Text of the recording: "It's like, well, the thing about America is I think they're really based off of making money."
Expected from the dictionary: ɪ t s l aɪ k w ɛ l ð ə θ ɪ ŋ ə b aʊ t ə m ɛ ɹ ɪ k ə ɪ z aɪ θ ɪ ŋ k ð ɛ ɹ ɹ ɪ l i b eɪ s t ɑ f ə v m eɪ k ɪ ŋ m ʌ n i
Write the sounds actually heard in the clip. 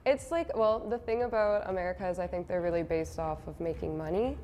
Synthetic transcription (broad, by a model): ɪ t s l aɪ k w ɛ l ð ə θ ɪ ŋ ə b aʊ t ə m ɛ ɹ ɪ k ə ɪ z aɪ θ ɪ ŋ k ð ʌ ɹ ɹ ɪ l i b eɪ s t ɑ f ə v m eɪ k ɪ ŋ m ʌ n i